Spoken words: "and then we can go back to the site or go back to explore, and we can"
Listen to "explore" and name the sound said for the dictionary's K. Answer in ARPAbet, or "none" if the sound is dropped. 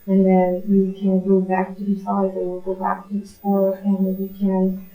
none